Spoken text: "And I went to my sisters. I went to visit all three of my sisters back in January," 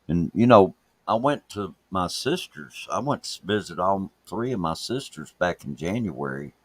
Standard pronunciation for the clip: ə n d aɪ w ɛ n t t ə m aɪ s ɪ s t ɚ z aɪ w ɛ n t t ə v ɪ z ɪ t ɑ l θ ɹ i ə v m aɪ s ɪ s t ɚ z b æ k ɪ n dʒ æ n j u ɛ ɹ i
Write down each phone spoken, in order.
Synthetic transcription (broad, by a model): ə n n aɪ w ɛ n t t ə m aɪ s ɪ s t ɚ z aɪ w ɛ n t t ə v ɪ z ɪ t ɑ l θ ɹ i ə v m aɪ s ɪ s t ɚ z b æ k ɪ n dʒ æ n j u ɛ ɹ i